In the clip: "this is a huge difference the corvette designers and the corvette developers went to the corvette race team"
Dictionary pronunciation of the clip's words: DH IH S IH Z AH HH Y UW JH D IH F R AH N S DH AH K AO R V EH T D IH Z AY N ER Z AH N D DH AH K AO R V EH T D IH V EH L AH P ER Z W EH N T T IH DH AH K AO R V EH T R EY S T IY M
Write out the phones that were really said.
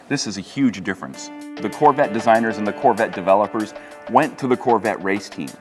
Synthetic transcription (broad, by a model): DH IH S IH Z AH HH Y UW JH D IH F R AH N S DH AH K AO R V EH T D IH Z AY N ER Z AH N DH AH K AO R V EH T D IH V EH L AH P ER Z W EH N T T IH DH AH K AO R V EH T R EY S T IY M